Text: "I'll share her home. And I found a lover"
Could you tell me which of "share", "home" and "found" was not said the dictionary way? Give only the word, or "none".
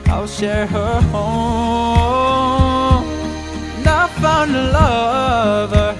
found